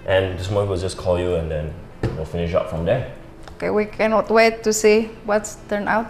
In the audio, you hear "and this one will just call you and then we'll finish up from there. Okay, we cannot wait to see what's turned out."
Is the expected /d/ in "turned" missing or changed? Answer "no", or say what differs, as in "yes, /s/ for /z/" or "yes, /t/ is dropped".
yes, /d/ is dropped